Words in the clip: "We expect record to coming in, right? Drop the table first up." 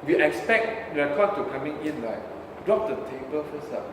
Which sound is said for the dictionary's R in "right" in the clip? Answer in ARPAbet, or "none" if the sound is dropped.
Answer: L